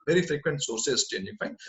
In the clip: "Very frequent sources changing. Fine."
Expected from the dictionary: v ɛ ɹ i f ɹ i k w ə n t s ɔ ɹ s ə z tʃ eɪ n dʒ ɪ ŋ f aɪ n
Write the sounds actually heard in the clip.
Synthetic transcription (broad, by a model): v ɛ ɹ i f ɹ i k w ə n t s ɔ ɹ s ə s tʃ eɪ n ɪ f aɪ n